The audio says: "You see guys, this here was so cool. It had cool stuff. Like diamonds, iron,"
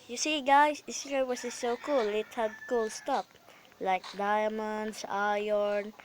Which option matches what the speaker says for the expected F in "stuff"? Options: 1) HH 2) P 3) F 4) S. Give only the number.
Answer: 2